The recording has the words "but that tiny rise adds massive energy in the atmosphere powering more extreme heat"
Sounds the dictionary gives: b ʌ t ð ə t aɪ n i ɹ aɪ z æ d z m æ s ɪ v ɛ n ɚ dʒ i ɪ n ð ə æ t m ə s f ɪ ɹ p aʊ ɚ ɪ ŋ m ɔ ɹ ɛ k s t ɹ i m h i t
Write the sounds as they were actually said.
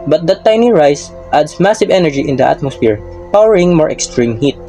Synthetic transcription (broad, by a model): b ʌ t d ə t aɪ n i ɹ aɪ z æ d s m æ s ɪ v ɛ n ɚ dʒ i ɪ n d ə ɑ t m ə s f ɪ ɹ p aʊ ɚ ɪ ŋ m ɔ ɹ ɛ k s t ɹ i m h i t